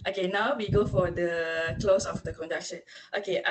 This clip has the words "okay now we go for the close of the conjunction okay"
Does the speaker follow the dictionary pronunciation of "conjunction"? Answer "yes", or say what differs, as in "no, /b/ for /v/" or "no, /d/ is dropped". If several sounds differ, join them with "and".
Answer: no, /ŋ/ is dropped